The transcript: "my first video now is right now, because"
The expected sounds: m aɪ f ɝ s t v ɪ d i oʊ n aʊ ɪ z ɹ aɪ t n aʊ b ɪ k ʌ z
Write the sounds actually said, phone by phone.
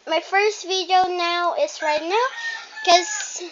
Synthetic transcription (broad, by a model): m aɪ f ɝ s t v ɪ d i oʊ n aʊ ɪ z ɹ aɪ t n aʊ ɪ k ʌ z